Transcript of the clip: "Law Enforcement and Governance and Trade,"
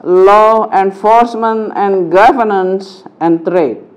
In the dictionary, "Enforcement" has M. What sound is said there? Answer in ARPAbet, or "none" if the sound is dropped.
M